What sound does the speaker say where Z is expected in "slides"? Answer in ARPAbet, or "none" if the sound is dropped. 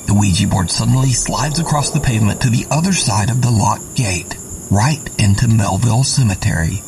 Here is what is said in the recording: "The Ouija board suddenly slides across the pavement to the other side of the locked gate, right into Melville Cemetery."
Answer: Z